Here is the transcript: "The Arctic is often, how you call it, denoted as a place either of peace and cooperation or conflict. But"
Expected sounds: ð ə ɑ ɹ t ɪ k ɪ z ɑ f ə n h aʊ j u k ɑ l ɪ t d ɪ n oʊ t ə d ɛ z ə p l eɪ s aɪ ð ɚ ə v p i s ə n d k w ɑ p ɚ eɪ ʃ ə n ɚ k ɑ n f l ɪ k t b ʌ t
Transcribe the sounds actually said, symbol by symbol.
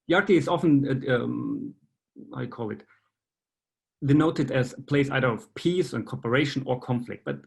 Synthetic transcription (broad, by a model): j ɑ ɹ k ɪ ɪ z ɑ f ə n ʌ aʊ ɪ k ɑ l ɪ t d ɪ n oʊ t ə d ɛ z p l eɪ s aɪ ð ɚ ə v p i s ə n k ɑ p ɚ eɪ ʃ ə n ɚ k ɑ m f l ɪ k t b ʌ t